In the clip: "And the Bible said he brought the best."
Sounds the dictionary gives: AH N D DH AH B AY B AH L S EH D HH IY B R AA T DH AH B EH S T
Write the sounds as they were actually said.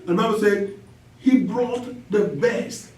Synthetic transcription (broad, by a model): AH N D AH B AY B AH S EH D HH IY B R AA T DH AH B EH S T